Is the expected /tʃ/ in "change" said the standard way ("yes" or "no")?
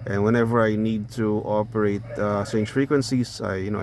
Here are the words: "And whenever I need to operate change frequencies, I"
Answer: no